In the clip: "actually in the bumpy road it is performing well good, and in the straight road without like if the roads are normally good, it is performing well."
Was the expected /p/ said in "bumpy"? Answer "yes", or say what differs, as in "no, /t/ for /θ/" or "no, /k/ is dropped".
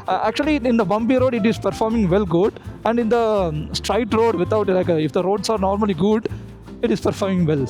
no, /b/ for /p/